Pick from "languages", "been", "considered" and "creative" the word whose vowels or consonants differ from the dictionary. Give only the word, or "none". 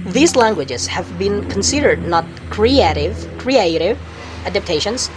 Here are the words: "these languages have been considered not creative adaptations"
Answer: none